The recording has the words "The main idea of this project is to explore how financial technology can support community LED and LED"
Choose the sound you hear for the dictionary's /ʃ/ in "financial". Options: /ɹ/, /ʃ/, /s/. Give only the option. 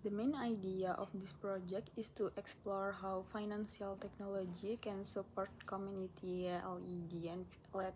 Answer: /s/